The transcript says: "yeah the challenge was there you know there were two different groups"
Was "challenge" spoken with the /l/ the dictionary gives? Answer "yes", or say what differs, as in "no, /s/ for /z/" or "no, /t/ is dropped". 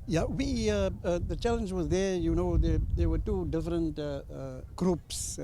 yes